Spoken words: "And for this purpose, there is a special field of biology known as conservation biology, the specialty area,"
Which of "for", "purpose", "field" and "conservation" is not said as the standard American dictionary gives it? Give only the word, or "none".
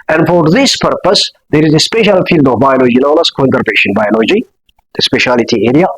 conservation